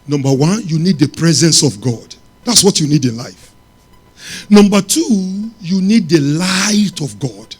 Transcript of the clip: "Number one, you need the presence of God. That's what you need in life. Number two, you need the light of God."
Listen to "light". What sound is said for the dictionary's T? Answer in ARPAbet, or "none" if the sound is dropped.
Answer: T